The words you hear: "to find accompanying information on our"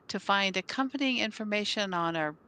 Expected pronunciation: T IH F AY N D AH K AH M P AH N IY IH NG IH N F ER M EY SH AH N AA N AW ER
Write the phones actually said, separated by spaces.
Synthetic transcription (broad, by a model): T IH F AY N D AH K AH M P AH N IY IH NG IH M F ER M EY SH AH N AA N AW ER